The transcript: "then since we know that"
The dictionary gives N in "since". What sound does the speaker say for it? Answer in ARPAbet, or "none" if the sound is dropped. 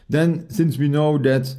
N